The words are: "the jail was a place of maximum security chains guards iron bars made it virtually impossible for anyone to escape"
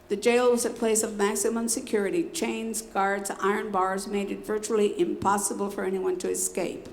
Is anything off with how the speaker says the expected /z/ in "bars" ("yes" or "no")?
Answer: no